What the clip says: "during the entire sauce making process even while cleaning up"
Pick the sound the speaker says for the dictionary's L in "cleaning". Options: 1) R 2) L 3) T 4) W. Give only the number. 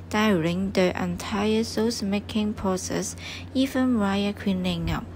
4